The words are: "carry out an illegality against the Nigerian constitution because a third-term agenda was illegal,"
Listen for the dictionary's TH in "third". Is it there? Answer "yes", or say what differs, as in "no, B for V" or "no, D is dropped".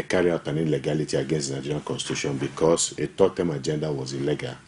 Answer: no, T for TH